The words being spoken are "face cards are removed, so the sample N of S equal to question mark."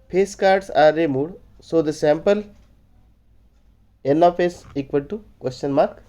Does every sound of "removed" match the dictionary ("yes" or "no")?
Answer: no